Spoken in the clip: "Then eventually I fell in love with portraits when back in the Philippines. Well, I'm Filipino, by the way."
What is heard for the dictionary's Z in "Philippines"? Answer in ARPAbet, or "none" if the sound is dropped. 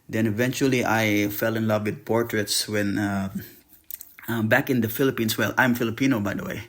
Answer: S